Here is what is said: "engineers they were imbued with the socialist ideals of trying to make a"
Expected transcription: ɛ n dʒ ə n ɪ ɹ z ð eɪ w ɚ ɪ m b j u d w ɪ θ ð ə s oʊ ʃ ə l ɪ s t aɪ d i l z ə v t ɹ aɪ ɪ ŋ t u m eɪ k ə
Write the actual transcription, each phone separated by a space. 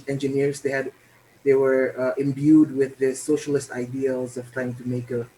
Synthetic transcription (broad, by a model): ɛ n dʒ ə n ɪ ɹ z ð eɪ w ɚ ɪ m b j u d w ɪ ð ə s oʊ ʃ ə l ɪ s t aɪ d i l z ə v t ɹ aɪ ɪ ŋ t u m eɪ k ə